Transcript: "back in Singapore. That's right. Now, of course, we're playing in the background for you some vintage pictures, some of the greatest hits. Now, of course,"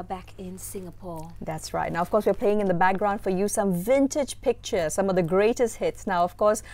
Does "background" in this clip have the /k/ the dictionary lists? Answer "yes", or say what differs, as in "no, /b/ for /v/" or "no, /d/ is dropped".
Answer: yes